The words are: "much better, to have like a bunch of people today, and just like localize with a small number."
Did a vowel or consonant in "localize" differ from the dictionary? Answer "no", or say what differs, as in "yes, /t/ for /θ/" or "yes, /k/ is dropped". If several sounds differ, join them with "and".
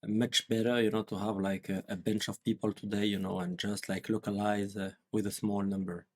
no